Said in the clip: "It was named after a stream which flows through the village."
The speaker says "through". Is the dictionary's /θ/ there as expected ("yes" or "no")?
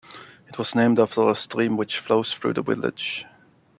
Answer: yes